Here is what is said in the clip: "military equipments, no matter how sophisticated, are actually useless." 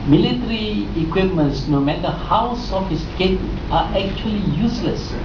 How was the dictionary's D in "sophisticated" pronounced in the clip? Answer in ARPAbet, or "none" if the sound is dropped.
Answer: none